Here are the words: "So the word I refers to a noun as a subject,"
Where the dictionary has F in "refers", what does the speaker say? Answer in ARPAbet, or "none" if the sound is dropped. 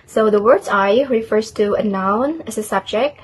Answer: F